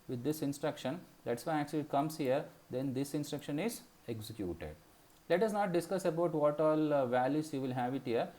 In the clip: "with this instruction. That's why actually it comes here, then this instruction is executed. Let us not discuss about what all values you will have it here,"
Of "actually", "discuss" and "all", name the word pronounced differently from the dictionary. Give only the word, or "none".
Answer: none